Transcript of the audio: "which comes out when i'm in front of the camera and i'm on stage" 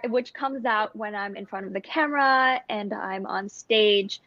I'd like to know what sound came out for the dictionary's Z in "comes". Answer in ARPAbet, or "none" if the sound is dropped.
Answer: Z